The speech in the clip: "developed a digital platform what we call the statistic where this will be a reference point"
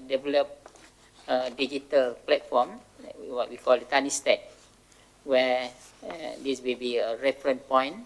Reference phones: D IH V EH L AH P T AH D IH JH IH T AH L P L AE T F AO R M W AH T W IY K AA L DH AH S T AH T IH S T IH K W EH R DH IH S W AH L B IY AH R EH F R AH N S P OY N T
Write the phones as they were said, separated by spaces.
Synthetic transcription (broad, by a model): D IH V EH L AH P AH D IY JH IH T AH L P L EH T F AO M W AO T W IY K AA L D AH T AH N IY S T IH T W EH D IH S W AH L B IY AH R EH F R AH N P OY N